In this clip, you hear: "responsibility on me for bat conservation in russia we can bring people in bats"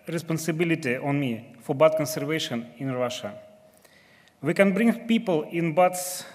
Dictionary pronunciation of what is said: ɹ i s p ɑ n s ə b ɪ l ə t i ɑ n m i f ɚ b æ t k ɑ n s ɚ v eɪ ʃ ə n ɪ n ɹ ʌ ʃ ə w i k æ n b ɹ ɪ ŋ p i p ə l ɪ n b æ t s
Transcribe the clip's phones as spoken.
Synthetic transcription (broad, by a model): ɹ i s p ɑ n s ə b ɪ l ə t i ɑ n m i f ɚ b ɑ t k ɑ n s ɚ v eɪ ʃ ə n ɪ n ɹ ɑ ʃ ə w i k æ n b ɹ ɪ ŋ p i p ə l ɪ n b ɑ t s